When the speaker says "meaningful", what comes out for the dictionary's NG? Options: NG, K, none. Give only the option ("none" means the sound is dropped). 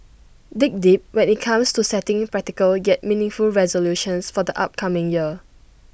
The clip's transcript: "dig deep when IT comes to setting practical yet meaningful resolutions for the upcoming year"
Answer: NG